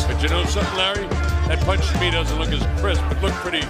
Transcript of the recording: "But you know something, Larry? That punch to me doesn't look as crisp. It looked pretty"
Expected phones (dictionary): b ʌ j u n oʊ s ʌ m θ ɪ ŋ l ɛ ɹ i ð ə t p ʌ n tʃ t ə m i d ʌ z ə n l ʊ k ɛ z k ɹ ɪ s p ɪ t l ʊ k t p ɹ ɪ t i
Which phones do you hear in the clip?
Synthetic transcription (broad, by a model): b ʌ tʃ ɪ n oʊ s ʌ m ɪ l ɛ ɹ i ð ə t p ʌ n tʃ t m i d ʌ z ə l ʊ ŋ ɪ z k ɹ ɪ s b ɪ t l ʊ k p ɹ ɪ t i